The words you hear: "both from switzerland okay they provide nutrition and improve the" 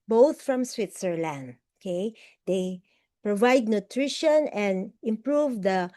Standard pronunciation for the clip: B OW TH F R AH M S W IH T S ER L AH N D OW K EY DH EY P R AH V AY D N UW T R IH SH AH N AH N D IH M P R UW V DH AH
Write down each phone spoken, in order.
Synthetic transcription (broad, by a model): B OW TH F R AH M S W IH T S ER L AH N D OW K EY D EY P R AH V AY D N UW T R IH SH AH N AH N D IH M P R UW V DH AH